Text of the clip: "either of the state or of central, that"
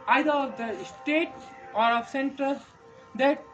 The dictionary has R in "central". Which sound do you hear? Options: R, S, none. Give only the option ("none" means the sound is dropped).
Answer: none